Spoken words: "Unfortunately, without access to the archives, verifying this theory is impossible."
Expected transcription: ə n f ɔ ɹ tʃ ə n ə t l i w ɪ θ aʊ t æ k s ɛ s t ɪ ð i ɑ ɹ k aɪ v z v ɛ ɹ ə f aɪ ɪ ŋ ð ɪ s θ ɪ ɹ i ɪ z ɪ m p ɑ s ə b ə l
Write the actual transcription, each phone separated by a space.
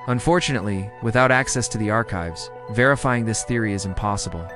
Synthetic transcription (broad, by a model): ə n f ɔ ɹ tʃ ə n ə t l i w ɪ θ aʊ t æ k s ɛ s t ɪ ð i ɑ ɹ k aɪ v z v ɛ ɹ ə f aɪ ɪ ŋ ð ɪ s θ ɪ ɹ i ɪ z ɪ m p ɑ s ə b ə l